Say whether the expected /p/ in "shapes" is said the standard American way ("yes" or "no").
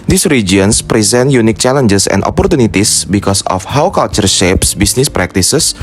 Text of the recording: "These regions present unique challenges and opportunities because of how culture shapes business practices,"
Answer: yes